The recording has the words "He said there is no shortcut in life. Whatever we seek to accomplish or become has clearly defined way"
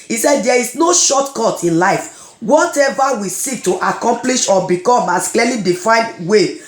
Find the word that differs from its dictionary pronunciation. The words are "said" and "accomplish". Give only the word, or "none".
none